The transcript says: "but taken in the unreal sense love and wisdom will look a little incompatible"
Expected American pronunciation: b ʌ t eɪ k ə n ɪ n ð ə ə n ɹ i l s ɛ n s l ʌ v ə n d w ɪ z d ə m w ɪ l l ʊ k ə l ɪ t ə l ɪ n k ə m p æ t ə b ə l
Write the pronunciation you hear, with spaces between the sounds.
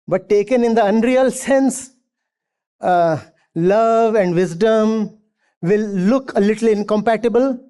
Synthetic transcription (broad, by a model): b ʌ t eɪ k ə n ɪ n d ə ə n ɹ i l s ɛ n s l ʌ v ə n d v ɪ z d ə m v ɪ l l ʊ k ə l ɪ t ə l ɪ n k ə m p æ t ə b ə l